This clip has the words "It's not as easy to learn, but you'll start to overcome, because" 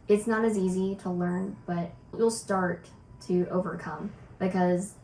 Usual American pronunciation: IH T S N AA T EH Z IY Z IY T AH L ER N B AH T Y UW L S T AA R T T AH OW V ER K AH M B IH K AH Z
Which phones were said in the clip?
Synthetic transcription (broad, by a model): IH T S N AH T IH Z IY Z IY T AH L ER N B AH T Y UW L S T AA R T T AH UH V ER K AH M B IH K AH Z